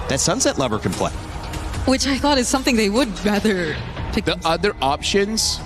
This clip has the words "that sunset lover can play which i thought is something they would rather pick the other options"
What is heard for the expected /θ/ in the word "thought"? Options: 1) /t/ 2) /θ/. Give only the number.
2